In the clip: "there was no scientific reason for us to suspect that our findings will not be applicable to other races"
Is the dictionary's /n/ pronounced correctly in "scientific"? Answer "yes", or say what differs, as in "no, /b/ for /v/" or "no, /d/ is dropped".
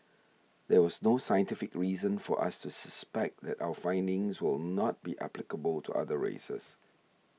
yes